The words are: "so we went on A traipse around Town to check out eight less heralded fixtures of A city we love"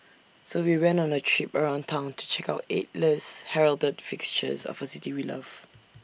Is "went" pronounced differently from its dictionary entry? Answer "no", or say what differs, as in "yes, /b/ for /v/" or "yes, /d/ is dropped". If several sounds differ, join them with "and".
yes, /t/ is dropped